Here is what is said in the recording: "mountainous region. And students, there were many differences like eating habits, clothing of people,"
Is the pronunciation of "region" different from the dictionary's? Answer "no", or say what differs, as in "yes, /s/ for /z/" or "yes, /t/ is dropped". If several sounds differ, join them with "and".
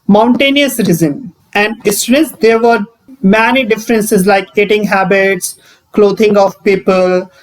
yes, /z/ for /dʒ/